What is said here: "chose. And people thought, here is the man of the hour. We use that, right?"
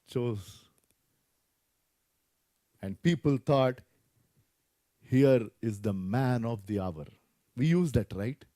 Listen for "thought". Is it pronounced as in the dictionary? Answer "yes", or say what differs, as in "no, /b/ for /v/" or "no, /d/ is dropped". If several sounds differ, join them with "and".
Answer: no, /t/ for /θ/